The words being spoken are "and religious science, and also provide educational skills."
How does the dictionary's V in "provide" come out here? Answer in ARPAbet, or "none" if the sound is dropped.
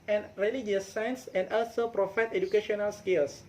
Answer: F